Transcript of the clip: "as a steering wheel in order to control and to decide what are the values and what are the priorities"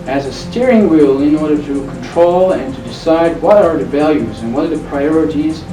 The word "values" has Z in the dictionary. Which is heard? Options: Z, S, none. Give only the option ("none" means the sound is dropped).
Z